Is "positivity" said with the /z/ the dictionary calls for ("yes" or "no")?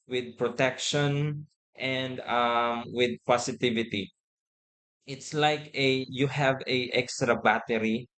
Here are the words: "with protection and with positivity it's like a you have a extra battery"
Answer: no